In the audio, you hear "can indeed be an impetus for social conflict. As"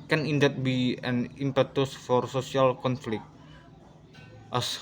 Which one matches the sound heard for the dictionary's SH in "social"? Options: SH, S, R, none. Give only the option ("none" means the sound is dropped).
S